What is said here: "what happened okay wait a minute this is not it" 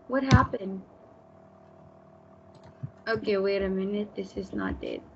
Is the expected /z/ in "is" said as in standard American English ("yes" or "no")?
yes